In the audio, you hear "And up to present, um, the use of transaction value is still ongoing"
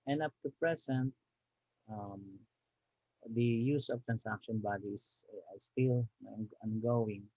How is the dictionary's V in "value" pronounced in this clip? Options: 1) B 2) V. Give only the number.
1